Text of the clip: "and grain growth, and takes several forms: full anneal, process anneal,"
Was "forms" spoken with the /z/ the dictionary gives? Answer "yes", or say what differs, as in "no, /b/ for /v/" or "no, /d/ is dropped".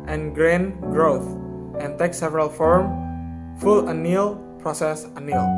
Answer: no, /z/ is dropped